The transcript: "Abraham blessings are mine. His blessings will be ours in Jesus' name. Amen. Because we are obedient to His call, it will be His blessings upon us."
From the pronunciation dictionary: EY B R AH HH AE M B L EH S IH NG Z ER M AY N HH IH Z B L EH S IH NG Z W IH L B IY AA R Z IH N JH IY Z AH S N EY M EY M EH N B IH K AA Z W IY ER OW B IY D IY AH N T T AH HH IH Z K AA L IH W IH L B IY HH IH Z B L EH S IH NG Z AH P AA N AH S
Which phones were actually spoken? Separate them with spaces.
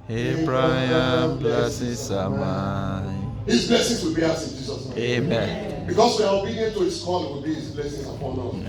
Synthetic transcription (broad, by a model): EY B R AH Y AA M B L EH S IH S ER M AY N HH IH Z B L EH S IH NG Z W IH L B IY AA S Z IH N JH IY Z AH S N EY EY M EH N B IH K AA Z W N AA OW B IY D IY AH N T T AH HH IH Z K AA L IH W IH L B IY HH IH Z B L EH S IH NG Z AH P AA N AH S